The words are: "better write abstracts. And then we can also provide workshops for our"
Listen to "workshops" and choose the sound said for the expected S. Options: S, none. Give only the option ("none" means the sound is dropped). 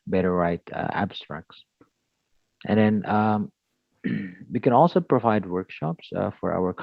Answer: S